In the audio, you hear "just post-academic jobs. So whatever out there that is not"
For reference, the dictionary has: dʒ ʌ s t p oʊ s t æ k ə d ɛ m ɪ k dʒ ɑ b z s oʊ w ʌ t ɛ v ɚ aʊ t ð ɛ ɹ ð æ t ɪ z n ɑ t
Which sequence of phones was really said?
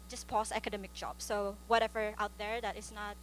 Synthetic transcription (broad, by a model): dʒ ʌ s p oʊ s æ k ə d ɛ m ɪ k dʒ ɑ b s oʊ w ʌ t ɛ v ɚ aʊ t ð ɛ ɹ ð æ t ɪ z n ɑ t